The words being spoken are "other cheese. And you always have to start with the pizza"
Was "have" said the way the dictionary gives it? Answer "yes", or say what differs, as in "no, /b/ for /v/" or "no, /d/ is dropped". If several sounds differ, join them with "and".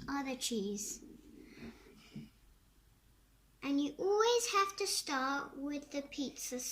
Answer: no, /f/ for /v/